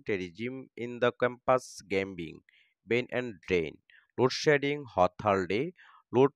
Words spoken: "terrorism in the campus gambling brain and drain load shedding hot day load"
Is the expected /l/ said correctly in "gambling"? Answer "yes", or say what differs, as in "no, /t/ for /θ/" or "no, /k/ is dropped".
no, /l/ is dropped